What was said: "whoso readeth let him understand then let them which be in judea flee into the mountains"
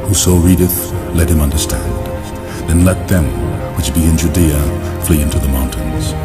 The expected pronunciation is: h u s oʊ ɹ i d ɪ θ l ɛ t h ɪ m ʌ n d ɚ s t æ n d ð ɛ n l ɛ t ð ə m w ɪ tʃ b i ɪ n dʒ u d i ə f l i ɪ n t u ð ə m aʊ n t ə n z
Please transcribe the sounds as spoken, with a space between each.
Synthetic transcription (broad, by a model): h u s oʊ ɹ i d ɪ θ l ɛ t h ɪ m ʌ n d ɚ s t æ n d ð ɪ n l ɛ t ð ə m w ɪ tʃ b i ɪ n dʒ u d i ə f l i ɪ n t u ð ə m aʊ n t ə n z